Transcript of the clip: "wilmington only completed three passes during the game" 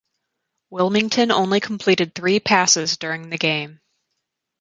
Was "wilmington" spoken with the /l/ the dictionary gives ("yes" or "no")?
yes